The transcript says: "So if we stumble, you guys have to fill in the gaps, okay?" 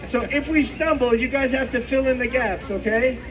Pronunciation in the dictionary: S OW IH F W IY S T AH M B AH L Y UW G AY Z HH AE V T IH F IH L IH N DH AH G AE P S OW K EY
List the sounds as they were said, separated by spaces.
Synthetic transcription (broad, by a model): S OW IH F W IY S T AH M B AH L Y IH G AY Z HH AE F T IH F IH L IH N DH AH G AE P S OW K EY